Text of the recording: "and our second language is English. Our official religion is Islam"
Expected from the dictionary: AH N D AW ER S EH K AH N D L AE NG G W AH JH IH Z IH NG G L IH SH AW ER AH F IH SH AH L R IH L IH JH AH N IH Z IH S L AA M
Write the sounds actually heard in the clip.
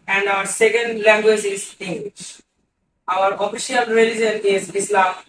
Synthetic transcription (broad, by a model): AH N D AW ER S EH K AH N D L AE NG G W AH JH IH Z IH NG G W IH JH AW ER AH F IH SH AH L R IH L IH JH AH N IH Z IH S L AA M